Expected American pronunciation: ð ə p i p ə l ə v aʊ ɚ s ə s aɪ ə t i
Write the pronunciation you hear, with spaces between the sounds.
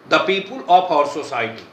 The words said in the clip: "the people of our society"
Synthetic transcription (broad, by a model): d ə p i p ə l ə p aʊ ɚ s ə s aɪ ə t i